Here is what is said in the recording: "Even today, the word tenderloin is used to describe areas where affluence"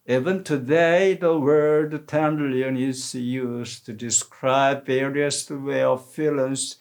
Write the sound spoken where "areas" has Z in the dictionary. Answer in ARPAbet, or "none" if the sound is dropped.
S